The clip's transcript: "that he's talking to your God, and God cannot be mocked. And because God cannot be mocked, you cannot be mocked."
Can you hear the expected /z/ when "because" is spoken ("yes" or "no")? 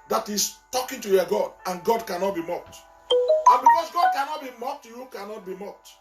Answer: no